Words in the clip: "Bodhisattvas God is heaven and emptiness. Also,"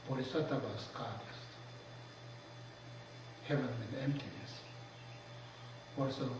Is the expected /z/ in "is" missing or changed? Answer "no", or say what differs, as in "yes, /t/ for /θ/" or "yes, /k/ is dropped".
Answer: yes, /s/ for /z/